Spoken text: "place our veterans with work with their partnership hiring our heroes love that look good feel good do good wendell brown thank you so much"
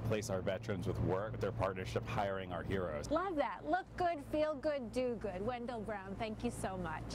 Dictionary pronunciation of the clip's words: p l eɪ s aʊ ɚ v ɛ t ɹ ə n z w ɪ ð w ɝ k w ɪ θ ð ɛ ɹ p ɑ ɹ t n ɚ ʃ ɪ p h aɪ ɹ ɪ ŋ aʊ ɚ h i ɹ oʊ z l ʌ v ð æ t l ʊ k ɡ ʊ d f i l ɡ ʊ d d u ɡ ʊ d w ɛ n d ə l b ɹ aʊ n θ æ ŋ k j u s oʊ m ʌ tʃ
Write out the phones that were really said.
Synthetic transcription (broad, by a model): p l eɪ s aʊ ɚ v ɛ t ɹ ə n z w ɪ ð w ɝ k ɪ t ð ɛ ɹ p ɑ ɹ t n ɚ ʃ ɪ p h aɪ ɹ ɪ ŋ aʊ ɚ h i ɹ oʊ z l ʌ v ð æ t l ʊ k ɡ ʊ d f i l ɡ ʊ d d u ɡ ʊ d w ɛ n d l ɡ ɹ aʊ n θ æ ŋ k j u s oʊ m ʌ tʃ